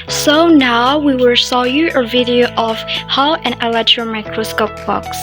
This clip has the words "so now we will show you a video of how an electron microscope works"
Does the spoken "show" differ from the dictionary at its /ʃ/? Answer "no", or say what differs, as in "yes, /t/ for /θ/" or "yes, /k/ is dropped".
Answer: yes, /s/ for /ʃ/